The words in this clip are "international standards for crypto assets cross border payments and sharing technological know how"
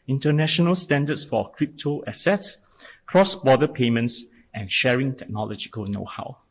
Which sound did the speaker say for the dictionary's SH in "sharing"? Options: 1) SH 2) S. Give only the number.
1